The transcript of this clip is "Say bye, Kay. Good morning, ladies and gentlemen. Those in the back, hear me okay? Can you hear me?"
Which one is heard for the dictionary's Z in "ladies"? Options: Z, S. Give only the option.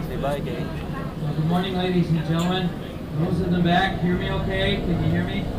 Z